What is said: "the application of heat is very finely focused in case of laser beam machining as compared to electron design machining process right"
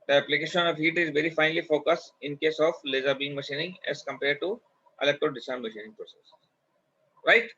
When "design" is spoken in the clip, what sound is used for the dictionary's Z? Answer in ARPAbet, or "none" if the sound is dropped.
S